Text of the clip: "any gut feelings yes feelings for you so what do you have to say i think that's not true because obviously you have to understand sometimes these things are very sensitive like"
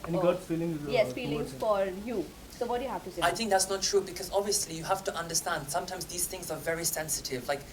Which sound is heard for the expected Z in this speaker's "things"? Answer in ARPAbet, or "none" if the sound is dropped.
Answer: Z